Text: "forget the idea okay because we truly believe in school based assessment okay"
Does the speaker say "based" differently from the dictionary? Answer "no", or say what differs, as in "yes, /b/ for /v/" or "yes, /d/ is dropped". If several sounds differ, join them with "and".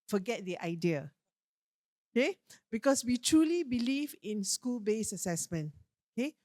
yes, /t/ is dropped